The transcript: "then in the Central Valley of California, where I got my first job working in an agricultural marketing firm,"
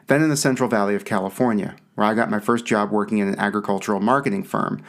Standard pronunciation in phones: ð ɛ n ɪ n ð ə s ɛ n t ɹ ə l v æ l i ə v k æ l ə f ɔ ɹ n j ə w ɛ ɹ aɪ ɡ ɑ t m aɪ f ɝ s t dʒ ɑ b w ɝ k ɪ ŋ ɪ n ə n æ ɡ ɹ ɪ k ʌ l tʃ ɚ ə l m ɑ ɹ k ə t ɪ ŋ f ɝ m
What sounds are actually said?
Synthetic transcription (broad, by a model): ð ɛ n ɪ n ð ə s ɛ n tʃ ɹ l v æ l i ə v k æ l ə f ɔ ɹ n j ə w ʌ ɹ aɪ ɡ ɑ t m aɪ f ɝ s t dʒ ɑ b w ɝ k ɪ ŋ ɪ n ə n æ ɡ ɹ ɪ k ʌ l tʃ ɚ l m ɑ ɹ k ə t ɪ ŋ f ɝ m